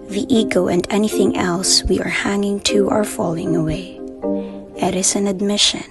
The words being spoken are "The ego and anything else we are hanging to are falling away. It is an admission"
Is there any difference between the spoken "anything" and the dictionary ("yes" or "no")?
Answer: no